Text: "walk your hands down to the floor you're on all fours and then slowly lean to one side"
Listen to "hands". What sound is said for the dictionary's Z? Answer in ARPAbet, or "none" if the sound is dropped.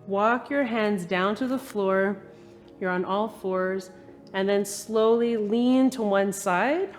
Z